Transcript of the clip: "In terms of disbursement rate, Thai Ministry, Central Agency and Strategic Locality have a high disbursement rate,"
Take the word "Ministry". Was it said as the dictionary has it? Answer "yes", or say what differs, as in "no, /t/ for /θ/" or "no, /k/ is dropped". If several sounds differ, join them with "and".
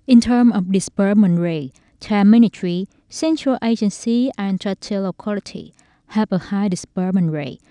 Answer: no, /s/ is dropped